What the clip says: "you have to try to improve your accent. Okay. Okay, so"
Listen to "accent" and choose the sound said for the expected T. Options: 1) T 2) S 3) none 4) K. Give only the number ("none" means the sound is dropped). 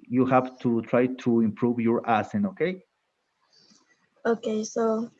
3